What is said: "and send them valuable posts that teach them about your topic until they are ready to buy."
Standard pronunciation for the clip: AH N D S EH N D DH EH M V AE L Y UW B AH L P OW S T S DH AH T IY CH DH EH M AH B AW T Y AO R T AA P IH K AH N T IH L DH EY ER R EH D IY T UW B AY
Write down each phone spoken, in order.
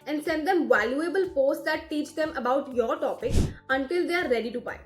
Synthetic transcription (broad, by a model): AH N D S EH N D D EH M V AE L Y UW B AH L F OW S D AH T IY CH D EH M AH B AW T Y AO R T AA P IH K AH N T IH L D EY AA R EH D IY T UW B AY